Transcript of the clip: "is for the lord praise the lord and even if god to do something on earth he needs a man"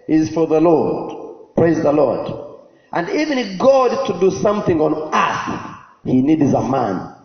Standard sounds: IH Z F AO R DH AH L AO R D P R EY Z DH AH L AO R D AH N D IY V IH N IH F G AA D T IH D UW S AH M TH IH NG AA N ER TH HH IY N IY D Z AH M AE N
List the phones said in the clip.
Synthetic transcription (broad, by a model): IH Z F AO R DH AH L AO R D P R EY Z DH AH L AO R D AH N D IY V IH N IH F G AA D T IH D UW S AH M TH IH NG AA N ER S HH IY N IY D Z AH M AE N